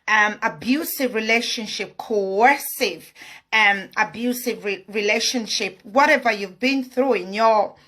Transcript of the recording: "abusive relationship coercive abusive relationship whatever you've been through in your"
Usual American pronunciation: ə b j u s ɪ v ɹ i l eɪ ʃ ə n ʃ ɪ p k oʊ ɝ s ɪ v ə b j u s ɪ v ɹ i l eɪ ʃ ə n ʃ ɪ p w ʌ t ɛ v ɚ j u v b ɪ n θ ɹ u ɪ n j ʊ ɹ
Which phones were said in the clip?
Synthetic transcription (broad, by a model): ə b j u s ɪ v ɹ i l eɪ ʃ ə n ʃ ɪ p k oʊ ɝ s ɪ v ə b j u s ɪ v ɹ i l eɪ ʃ ə n ʃ ɪ p w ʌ t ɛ v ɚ j u v b ɪ n θ ɹ u ɪ n j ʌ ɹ